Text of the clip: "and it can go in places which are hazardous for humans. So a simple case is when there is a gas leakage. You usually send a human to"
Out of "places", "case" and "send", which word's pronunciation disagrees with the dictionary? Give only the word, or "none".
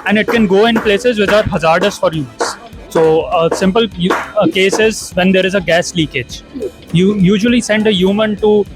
none